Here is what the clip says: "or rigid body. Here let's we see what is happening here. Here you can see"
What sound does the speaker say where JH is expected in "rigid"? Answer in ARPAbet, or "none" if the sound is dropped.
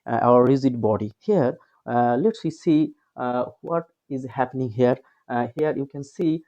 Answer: Z